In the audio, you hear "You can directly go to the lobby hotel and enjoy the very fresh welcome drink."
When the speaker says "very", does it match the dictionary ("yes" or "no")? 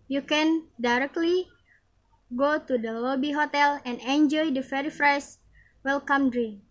no